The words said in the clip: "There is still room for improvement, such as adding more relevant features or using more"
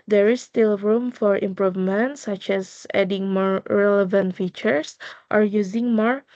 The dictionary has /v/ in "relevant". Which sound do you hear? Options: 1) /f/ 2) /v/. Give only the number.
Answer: 2